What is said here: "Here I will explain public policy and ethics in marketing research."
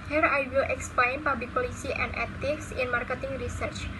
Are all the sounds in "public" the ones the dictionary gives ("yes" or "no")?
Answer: no